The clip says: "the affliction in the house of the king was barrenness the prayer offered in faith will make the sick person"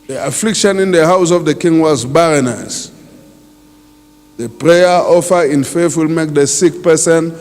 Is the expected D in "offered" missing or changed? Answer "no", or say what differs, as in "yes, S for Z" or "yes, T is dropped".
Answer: yes, D is dropped